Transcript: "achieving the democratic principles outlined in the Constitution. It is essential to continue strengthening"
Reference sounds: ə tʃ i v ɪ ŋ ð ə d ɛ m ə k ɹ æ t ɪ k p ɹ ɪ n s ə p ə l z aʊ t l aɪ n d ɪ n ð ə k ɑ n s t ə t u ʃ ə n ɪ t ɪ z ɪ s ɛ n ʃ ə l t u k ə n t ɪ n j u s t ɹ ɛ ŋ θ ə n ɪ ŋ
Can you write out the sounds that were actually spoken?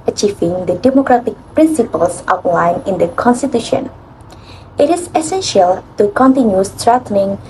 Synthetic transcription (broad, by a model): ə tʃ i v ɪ ŋ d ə d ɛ m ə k ɹ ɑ t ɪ k p ɹ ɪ n s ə p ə l s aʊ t l aɪ n ɪ n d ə k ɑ n s t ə t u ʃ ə n ɪ t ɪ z ɪ s ɛ n ʃ ə l t u k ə n t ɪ n j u s t ɹ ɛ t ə n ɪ ŋ